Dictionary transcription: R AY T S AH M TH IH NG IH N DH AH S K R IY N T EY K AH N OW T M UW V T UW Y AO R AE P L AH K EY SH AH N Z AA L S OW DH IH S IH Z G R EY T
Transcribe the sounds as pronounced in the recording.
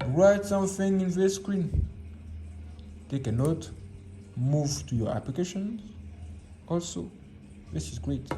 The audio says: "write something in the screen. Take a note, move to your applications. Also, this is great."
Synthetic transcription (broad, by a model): R AY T S AH M TH IH NG IH N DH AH S K R IY N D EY K AH N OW T M UW V T UW Y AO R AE P L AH K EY SH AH N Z AA L S OW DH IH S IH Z G R EY T